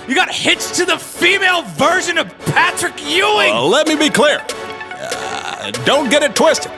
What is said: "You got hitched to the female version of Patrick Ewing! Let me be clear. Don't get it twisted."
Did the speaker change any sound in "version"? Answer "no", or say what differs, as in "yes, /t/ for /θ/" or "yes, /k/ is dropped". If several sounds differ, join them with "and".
no